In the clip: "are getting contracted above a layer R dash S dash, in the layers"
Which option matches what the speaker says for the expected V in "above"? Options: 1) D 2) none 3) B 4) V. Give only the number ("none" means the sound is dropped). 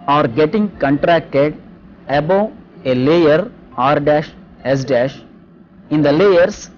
2